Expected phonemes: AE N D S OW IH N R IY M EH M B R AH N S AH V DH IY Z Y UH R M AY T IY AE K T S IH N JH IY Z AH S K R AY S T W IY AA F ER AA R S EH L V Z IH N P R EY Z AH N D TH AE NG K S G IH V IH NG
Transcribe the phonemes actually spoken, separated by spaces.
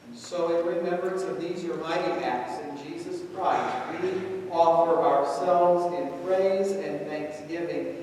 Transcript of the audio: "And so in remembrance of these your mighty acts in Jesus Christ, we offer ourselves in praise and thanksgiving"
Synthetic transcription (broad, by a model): S OW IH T R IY M EH M B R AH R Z AH V DH IY Z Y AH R M AY T IY AE K T S IH N JH IY Z AH S K R AY S T W IY AA F ER AA R S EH L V Z IH N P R EY Z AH N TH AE NG K S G IH V IH NG